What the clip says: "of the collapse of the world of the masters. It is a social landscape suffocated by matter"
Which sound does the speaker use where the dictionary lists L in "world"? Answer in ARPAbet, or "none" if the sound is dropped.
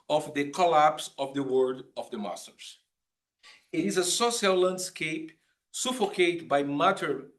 none